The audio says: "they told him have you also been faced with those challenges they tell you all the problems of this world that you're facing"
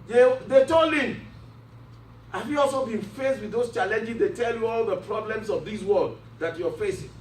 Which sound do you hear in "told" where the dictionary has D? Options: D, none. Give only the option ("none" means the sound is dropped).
none